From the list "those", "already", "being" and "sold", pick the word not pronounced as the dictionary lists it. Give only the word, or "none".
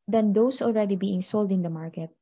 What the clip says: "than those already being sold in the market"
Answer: those